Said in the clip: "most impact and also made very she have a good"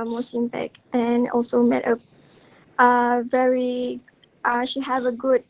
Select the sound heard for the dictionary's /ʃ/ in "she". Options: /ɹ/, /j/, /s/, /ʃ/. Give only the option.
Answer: /ʃ/